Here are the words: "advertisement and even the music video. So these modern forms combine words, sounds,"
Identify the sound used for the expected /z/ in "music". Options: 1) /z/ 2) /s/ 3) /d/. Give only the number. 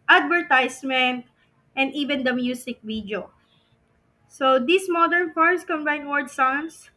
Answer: 2